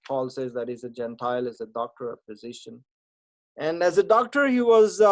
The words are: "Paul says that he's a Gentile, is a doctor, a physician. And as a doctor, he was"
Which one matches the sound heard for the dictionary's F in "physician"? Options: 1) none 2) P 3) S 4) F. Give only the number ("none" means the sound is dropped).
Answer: 2